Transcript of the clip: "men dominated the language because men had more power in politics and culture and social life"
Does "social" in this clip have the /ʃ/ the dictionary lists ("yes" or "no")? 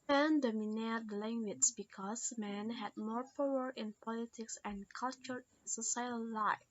no